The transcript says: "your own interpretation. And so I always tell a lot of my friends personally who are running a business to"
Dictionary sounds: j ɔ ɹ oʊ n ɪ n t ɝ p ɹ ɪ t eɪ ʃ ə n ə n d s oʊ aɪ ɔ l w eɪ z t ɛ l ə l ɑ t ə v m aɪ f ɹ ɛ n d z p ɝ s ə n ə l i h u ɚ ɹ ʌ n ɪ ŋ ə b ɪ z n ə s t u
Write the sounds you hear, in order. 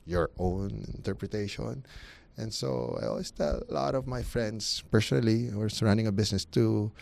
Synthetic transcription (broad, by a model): j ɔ ɹ oʊ n ɪ n t ɝ p ɹ ɪ t eɪ ʃ ə n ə n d s oʊ aɪ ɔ l w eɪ s t ɛ l l ɑ t ə v m aɪ f ɹ ɛ n d s p ɝ s ə n ə l i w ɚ ɹ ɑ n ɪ ŋ ə b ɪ s n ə s t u